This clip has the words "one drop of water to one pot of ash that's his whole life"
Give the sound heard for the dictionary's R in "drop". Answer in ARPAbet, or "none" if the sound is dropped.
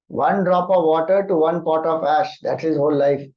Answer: R